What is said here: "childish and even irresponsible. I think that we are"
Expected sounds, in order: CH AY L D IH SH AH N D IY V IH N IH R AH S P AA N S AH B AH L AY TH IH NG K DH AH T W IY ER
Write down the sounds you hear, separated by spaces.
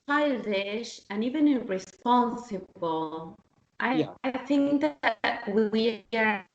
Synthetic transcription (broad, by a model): AY L D IH SH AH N IY V IH N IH R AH S P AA N S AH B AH L AY TH IH NG K DH AH T W IY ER